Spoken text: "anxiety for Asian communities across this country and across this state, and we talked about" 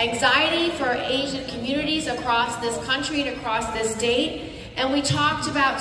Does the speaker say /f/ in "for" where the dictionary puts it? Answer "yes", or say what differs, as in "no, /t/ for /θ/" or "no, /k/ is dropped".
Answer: yes